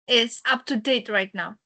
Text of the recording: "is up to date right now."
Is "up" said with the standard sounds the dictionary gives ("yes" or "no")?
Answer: yes